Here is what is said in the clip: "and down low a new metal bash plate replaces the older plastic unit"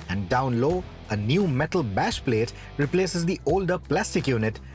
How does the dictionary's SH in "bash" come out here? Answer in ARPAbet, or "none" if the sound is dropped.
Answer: SH